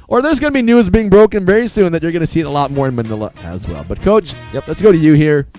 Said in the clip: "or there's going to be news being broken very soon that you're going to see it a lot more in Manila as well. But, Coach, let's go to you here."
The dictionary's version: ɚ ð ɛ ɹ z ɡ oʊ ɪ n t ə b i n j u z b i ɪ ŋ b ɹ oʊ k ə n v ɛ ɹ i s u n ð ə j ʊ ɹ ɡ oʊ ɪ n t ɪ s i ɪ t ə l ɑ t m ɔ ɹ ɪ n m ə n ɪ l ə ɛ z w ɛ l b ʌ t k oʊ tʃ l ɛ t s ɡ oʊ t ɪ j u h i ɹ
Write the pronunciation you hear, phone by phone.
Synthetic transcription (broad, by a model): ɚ ð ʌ ɹ z ɡ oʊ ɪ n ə b i n j u z b i ɪ ŋ b ɹ oʊ k ə n v ɛ ɹ i s u n ð ə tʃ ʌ ɹ ɡ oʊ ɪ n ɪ s i ɪ t ə l ɑ t m ɔ ɹ ɪ n m ə n ɪ l ə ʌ z w ɛ l b ʌ t k oʊ tʃ l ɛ t s ɡ oʊ t ɪ j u h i ɹ